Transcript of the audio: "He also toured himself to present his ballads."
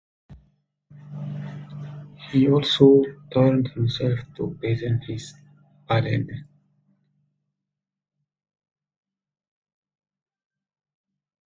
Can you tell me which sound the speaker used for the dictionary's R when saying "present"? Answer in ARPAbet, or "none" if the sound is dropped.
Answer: none